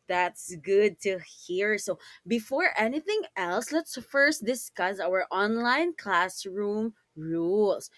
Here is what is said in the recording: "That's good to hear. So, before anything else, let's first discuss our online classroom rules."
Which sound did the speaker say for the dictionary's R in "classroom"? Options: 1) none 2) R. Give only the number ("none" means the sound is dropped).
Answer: 2